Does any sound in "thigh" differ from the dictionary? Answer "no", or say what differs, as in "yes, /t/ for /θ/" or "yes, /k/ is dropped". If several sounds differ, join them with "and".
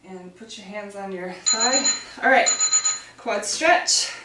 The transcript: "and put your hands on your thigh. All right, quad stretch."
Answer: yes, /s/ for /θ/